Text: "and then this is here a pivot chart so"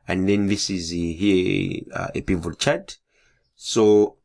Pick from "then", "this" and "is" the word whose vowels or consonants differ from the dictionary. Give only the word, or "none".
none